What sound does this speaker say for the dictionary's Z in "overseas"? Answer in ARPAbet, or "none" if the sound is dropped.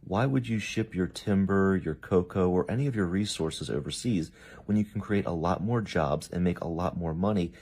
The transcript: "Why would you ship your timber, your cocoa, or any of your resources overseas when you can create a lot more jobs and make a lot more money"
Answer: Z